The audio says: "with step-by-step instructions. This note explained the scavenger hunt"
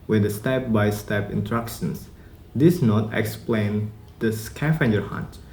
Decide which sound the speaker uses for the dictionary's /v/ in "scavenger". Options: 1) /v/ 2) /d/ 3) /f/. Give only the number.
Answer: 3